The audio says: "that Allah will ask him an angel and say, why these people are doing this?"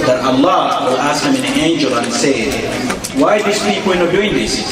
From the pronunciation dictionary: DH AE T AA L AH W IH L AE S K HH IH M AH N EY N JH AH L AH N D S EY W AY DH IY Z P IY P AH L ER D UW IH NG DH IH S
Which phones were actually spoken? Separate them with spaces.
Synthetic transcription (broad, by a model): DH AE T AA L AH W IH L AE S K HH IH M AH N EY N JH AH L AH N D S EY W AY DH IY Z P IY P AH N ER D UW IH NG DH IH S